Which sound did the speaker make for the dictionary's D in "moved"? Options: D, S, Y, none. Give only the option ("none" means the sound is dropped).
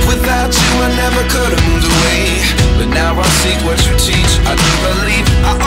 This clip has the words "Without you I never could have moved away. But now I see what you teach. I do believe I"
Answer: none